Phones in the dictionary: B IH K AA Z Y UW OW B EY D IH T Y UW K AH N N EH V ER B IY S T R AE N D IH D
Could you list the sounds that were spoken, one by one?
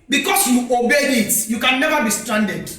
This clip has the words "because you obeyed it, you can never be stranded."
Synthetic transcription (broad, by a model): B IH K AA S Y UW OW B EY IH T Y UW K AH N N EH V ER B IY S T R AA N D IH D